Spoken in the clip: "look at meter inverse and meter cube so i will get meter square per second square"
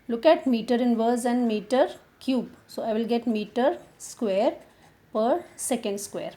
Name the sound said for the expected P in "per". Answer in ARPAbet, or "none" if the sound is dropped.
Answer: P